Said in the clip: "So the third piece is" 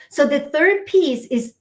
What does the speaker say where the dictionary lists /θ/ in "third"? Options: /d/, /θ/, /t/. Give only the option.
/θ/